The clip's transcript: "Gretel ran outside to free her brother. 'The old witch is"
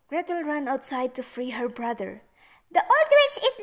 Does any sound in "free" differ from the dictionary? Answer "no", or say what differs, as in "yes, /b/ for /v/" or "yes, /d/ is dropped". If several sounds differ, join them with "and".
no